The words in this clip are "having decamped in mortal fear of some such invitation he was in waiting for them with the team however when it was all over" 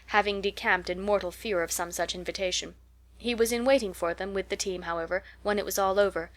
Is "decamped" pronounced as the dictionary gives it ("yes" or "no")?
yes